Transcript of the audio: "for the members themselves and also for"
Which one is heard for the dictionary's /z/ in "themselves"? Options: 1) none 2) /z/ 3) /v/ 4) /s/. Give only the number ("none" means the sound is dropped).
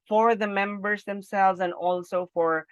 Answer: 2